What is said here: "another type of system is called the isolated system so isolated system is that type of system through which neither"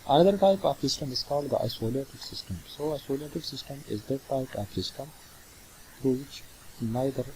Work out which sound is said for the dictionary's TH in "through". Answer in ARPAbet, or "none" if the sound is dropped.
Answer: T